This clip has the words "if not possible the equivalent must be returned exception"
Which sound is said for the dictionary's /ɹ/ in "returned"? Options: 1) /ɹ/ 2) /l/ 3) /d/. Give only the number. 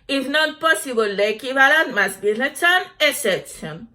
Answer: 2